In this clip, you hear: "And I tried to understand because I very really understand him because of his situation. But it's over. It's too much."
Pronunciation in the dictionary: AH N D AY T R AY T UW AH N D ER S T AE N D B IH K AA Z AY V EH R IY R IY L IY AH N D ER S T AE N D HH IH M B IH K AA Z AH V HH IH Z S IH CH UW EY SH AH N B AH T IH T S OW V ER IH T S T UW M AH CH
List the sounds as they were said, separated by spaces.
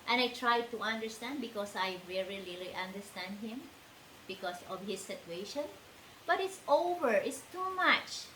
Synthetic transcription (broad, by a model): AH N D AY T R AY T UW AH N D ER S T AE N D B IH K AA S AY V EH R IY L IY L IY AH N D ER S T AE N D HH IH M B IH K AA S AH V HH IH S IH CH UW EY SH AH N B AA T IH T S OW V ER IH T S T UW M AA CH